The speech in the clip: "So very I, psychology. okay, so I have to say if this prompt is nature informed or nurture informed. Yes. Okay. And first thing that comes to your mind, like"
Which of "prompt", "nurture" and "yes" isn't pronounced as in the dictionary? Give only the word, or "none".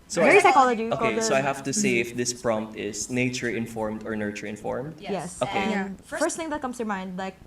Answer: none